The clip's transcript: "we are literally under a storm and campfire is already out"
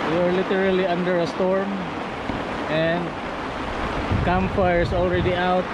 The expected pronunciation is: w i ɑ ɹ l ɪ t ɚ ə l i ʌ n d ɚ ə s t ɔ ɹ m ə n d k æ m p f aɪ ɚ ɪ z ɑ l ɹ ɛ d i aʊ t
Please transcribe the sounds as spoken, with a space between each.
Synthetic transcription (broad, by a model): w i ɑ ɹ l ɪ t ɚ ə l i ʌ n d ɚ ə s t ɔ ɹ m ə n d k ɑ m f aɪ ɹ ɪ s ɑ l ɹ ɛ d i aʊ t